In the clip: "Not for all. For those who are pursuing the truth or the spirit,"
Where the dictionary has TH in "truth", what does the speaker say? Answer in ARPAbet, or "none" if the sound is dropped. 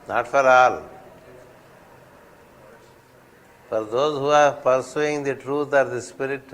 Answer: T